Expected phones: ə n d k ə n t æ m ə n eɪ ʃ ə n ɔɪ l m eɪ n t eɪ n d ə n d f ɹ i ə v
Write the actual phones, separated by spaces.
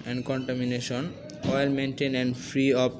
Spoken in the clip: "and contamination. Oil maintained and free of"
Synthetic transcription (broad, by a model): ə n d k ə n t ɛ m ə n eɪ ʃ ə n ɔɪ l m eɪ n t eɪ n ə n d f ɹ i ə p